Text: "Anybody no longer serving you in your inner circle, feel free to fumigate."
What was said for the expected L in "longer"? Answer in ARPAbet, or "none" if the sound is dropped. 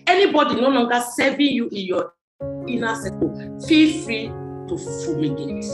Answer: N